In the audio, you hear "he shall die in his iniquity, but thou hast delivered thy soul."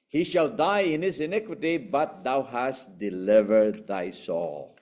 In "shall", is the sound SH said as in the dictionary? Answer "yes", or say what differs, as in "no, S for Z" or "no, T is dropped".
yes